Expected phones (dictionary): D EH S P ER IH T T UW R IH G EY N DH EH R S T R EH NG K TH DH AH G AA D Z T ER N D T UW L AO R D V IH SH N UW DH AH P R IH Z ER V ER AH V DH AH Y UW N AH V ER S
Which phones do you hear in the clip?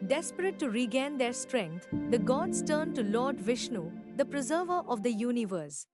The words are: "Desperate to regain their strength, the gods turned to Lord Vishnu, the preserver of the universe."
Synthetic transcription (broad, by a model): D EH S P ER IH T T UW R IH G EY N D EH R S T R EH NG K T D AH G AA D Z T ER N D T UW L AO R D V IH SH N UW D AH P R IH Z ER V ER AH V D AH Y UW N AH V ER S